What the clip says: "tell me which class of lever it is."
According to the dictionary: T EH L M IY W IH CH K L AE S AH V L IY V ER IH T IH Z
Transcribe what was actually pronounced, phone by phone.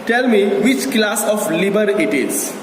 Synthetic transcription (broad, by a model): T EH L M IY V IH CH K L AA S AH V L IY B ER IH T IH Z